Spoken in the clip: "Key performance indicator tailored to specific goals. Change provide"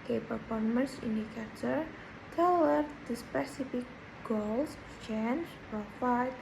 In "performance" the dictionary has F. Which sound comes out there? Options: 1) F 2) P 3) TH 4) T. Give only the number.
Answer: 2